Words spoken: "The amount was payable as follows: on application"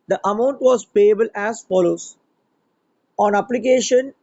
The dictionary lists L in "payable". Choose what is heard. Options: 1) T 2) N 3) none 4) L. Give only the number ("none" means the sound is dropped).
4